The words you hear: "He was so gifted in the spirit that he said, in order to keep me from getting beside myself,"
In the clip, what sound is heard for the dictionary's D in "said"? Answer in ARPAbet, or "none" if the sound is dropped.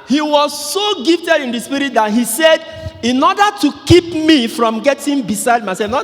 D